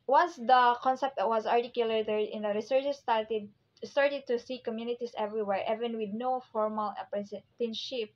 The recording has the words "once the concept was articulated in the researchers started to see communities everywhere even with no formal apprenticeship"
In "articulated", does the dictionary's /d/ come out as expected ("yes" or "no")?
no